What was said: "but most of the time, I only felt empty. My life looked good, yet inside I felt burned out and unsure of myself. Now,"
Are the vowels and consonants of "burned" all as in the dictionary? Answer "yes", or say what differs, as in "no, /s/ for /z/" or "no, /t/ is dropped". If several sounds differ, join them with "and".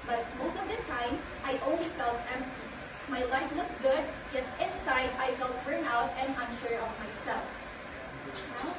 no, /d/ is dropped